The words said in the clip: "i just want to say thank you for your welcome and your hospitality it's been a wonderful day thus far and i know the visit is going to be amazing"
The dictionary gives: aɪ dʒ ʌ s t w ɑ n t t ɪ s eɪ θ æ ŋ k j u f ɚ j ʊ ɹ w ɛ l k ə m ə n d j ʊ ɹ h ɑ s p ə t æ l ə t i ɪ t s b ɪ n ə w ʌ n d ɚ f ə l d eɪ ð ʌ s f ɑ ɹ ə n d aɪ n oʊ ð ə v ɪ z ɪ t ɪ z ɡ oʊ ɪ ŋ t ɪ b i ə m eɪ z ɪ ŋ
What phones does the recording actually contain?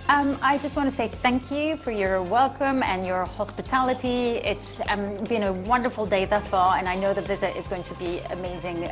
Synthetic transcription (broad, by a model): aɪ dʒ ʌ s t w ɑ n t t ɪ s eɪ θ æ ŋ k j u f ɚ j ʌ ɹ w ɛ l k ə m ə n j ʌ ɹ h ɑ s p ə t æ l ə t i ɪ t s b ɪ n ə w ʌ n d ɚ f l d eɪ ð ʌ s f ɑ l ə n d aɪ n oʊ ð ə v ɪ z ɪ t ɪ z ɡ oʊ ɪ ŋ t ɪ b i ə m eɪ z ɪ ŋ